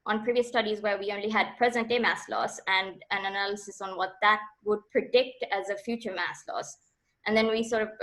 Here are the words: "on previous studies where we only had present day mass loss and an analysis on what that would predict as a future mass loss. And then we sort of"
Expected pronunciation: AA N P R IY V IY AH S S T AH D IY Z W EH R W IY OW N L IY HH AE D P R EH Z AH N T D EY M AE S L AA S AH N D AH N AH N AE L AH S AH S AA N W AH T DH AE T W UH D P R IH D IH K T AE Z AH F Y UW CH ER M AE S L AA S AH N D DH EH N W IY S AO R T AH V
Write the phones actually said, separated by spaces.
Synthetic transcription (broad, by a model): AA N P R IY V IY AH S S T AH D IY Z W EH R W IY OW N L IY HH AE D P R EH Z AH N T D EY M AE S L AA S AH N D AH N AH N AE L AH S AH S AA N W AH T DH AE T W UH D P R IH D IH K T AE Z AH F Y UW CH ER M AE S L AA S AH N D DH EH N W IY S AO R T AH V